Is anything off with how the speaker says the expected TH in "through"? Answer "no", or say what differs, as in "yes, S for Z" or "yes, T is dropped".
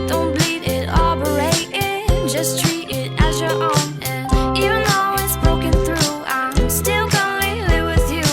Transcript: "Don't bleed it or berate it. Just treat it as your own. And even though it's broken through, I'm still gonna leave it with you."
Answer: no